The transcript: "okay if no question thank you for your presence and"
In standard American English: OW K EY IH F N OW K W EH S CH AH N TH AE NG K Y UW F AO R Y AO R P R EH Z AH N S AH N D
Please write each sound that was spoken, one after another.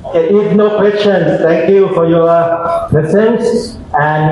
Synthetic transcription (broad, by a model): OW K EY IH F N OW K W EH S CH AH N S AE NG K Y UW F AO R Y AO R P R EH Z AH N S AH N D